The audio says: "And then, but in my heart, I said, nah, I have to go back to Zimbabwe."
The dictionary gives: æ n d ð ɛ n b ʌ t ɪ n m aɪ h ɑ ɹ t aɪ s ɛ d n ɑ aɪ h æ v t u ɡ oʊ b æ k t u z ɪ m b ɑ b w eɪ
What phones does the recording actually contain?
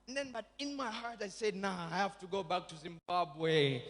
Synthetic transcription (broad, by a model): n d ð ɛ n b ʌ t ɪ n m aɪ h ɑ ɹ t aɪ s ɛ d n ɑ aɪ h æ f t u ɡ oʊ b æ k t u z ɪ m b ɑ b w eɪ